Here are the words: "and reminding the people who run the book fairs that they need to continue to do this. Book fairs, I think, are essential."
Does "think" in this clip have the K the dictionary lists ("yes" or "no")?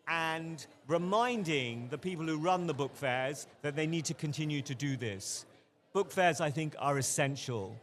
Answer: yes